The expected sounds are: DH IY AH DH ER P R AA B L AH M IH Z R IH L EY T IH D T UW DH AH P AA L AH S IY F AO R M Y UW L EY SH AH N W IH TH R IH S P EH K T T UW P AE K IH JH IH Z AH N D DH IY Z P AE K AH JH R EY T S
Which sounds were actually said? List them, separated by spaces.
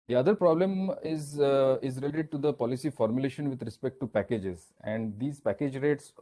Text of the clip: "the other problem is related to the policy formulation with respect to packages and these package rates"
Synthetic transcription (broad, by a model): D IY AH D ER P R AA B L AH M IH Z R IH L EY T IH D T UW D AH P AA L AH S IY F AO R M Y UW L EY SH AH N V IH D R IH S P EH K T T UW P AE K IH JH IH Z AH N D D IY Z P AE K AH JH R EY T S